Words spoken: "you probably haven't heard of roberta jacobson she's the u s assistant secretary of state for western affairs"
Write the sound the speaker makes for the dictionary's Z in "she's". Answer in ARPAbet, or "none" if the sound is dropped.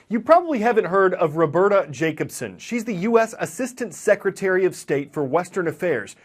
Z